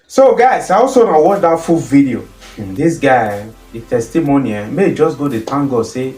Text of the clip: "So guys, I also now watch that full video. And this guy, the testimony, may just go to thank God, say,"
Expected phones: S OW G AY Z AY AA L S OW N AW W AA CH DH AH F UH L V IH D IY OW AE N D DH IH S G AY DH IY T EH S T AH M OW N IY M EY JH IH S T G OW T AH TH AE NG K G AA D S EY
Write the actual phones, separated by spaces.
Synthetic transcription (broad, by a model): S OW G AY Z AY AA L S OW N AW W AA CH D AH F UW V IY D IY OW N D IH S G AY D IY T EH S T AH M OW N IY M EY JH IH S G OW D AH T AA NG G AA S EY